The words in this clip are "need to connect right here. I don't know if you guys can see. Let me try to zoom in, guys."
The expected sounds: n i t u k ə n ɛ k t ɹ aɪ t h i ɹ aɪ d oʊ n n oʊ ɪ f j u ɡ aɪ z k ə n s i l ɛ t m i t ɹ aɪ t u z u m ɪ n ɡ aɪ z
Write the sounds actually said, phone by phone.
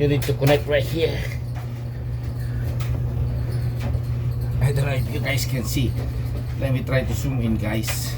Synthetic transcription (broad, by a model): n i t u k ə n ɛ k t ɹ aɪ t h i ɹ aɪ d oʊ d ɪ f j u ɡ aɪ s k ə n s i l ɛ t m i t ɹ aɪ t u s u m ɪ n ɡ aɪ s